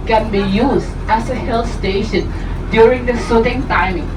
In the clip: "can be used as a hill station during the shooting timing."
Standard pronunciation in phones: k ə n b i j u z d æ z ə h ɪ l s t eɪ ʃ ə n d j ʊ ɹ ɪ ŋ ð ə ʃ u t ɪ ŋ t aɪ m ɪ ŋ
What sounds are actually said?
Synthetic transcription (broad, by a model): k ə n b i j u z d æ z ə h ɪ l s t eɪ ʃ ə n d j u ɹ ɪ ŋ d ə s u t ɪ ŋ t aɪ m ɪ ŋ